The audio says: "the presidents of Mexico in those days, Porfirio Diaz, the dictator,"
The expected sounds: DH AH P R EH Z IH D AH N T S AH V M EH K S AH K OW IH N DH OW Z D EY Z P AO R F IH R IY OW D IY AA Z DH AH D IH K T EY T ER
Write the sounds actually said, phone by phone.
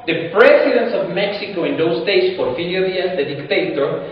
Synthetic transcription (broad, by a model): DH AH P R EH S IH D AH N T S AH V M EH K S AH K OW IH N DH OW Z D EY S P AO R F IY L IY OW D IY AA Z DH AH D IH K T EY T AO